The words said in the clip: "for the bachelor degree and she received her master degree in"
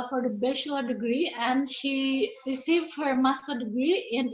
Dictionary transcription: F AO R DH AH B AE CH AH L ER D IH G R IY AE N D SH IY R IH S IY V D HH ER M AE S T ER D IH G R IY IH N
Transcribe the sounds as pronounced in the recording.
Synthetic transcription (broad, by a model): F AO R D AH B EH SH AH ER D IH G R IY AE N D SH IY R IH S IY V D HH ER M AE S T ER D IH G R IY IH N